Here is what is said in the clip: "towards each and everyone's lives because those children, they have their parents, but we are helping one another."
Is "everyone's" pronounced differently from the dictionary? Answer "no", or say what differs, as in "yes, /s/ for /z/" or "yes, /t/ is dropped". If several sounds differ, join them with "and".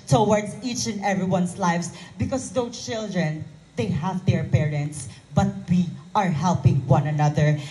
yes, /s/ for /z/